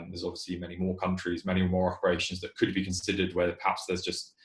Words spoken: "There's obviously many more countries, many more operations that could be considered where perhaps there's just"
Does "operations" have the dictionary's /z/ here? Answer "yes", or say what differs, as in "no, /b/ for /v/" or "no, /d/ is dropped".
yes